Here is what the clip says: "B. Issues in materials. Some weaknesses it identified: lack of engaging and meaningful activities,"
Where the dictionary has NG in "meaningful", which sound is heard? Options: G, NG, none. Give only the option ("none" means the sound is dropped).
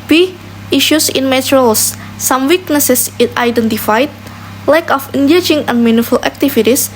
none